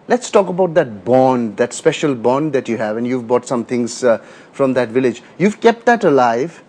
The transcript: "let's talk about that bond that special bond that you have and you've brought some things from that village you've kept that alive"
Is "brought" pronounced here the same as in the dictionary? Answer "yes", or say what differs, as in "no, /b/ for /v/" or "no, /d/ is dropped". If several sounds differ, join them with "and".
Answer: no, /ɹ/ is dropped